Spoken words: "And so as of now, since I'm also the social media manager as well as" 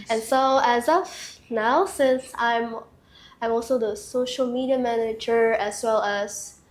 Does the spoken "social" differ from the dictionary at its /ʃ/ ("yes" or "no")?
no